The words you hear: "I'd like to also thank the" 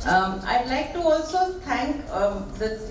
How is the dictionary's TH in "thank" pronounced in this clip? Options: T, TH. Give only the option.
T